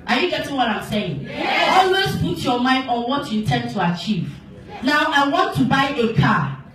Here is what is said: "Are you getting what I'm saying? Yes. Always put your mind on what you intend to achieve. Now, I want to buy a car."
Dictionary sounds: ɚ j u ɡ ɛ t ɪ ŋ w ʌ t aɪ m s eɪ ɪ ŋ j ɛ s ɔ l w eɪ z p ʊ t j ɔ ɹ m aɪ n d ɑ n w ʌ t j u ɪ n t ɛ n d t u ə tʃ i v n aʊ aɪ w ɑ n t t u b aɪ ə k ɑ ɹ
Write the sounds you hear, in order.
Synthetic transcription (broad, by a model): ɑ j u ɡ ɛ t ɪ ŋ w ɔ t aɪ m s eɪ ɪ ŋ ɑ ɔ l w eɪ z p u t j ɔ m aɪ n d ɑ n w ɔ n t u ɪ n t ɛ n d t u ə tʃ i v n aʊ aɪ w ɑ n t t u b aɪ ə k ɑ